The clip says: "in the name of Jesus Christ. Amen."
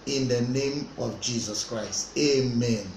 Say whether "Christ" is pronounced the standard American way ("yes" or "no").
yes